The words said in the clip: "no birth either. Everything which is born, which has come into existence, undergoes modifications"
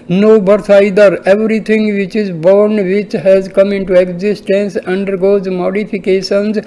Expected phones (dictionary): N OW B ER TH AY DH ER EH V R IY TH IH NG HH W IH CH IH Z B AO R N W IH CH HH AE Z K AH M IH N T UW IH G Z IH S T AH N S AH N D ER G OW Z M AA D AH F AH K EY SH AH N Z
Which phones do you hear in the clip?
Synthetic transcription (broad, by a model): N OW B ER S AY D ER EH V R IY T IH NG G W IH CH IH Z B AO R N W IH CH HH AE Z K AH M IH N T UW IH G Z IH S T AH N S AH N D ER G OW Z M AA D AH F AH K EY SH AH N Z